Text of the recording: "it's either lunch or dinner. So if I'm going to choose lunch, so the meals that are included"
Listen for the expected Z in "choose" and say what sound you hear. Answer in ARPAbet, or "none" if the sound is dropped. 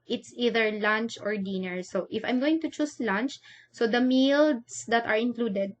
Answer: S